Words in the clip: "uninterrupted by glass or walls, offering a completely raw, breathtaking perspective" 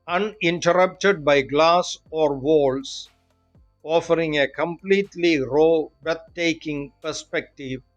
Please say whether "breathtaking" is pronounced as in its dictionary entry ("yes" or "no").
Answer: no